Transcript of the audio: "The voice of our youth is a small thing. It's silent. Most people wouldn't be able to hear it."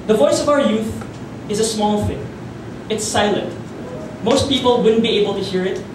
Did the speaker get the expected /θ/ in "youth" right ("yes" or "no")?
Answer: yes